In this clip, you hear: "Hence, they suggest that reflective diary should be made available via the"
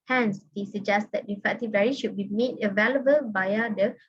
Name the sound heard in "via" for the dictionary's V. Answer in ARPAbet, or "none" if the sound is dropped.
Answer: B